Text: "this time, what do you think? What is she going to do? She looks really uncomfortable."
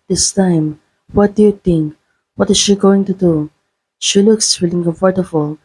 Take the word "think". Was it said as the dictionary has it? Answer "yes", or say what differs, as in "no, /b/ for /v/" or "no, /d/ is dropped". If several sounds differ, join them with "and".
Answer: no, /t/ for /θ/